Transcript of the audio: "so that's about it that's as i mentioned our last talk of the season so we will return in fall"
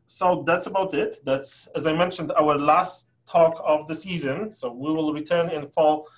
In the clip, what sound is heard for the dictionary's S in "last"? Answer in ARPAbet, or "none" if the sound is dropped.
S